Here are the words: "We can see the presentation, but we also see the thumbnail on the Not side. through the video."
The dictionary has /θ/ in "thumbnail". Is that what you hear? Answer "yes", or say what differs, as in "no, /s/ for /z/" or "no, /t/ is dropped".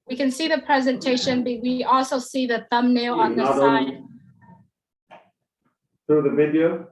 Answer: yes